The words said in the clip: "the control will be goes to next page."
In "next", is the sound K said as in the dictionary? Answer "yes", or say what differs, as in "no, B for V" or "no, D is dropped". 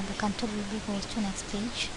yes